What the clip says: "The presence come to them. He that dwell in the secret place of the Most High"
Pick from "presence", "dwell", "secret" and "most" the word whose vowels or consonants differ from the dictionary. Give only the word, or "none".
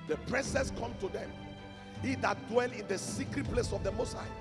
presence